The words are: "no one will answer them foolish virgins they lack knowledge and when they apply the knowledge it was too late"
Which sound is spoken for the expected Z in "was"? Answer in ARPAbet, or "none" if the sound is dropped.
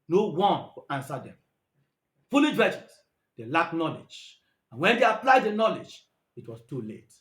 S